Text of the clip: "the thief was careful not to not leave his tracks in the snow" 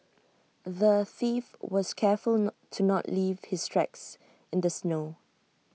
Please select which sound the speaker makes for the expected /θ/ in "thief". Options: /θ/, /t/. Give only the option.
/θ/